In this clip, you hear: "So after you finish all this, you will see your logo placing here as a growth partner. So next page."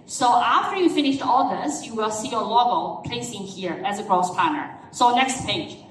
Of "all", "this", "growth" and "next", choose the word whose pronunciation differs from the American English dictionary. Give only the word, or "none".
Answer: growth